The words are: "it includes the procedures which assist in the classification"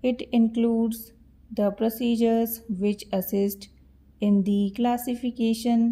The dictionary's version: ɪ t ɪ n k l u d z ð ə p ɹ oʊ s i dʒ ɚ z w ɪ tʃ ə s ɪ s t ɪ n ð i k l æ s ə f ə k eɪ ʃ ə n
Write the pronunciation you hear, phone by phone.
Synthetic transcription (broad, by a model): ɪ t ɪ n k l u d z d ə p ɹ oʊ s i dʒ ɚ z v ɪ tʃ ə s ɪ s t ɪ n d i k l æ s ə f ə k eɪ ʃ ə n